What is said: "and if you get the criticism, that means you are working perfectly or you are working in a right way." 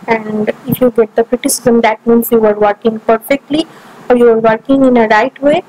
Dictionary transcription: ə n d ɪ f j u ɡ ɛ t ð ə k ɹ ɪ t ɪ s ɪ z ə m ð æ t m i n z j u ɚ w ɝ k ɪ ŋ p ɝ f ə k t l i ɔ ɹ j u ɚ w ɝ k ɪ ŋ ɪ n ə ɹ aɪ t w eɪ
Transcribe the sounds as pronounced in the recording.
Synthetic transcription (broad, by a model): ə n d ɪ f j u ɡ ɛ t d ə k ɹ ɪ t ɪ s ɪ z ə m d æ t m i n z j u ɚ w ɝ k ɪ ŋ p ɝ f ə k t l i ɔ ɹ j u ɚ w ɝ k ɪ ŋ ɪ n ə ɹ aɪ t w eɪ